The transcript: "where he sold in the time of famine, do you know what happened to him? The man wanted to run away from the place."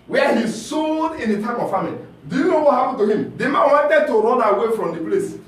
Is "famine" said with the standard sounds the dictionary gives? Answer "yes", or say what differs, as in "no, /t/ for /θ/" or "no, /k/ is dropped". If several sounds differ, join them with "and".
no, /l/ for /n/